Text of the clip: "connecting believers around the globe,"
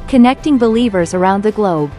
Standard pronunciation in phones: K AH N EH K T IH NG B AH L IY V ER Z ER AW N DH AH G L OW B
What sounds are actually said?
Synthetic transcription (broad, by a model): K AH N EH K T IH NG B AH L IY V ER Z ER AW N DH AH G L OW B